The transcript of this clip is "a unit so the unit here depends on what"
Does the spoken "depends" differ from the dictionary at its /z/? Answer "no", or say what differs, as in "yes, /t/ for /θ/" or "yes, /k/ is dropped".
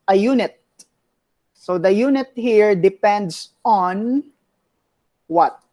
yes, /s/ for /z/